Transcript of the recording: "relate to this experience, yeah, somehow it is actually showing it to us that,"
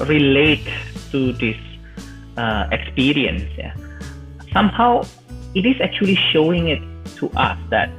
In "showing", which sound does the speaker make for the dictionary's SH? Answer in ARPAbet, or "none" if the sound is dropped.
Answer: SH